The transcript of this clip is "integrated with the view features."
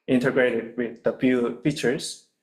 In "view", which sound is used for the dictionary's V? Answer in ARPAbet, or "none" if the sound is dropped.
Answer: F